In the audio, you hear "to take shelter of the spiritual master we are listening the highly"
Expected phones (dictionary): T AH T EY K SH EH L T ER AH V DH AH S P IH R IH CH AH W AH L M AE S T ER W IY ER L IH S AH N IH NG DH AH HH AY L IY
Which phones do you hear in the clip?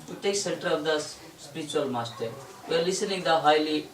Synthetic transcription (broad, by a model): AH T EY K S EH N T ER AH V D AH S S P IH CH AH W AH L M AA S T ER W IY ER L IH S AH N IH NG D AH HH AY L IY